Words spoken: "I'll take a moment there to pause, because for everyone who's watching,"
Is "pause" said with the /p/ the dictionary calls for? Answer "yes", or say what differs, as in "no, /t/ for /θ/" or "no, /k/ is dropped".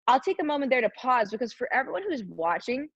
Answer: yes